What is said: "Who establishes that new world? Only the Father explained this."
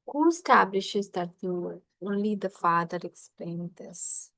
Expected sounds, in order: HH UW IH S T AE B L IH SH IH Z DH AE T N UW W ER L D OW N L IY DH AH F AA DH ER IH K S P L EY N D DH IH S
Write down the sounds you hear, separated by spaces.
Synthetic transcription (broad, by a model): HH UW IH S T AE B L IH SH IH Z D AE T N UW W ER D OW N L IY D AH F AA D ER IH K S P L EY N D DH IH S